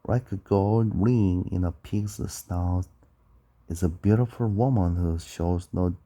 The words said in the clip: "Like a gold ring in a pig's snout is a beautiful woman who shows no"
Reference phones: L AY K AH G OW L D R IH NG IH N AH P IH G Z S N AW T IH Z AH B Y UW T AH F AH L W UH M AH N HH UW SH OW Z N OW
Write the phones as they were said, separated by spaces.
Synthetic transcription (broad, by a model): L AY K AH G OW L D R IH NG IH N AH P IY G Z S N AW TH IH Z AH B Y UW T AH F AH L W UH M AH N HH UW SH OW Z N OW